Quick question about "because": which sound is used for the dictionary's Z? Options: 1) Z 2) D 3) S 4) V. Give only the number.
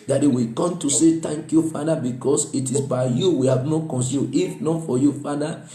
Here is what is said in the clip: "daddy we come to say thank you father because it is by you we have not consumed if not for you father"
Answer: 3